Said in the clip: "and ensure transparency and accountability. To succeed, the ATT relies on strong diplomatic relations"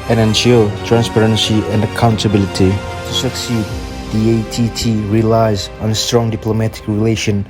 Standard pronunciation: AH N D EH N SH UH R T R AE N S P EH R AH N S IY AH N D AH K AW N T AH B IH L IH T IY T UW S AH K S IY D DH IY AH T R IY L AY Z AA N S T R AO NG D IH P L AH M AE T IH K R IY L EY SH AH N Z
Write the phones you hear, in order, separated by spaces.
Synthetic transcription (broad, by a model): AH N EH N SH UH T R AE N S P EH R AH N S IY AH N D AH K AW N T AH B IH L IH T IY T UW S AH K S IY D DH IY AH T R IY L AY Z AA N S T R AO NG D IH P L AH M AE T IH K R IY L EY SH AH N